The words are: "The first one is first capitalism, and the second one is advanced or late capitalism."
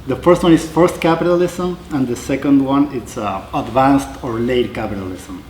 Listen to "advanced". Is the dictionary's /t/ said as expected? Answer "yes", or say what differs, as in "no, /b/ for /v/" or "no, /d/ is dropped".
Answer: yes